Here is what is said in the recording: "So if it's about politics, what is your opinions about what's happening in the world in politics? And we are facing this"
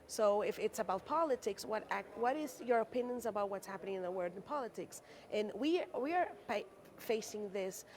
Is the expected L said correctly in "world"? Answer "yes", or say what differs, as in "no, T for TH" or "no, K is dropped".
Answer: no, L is dropped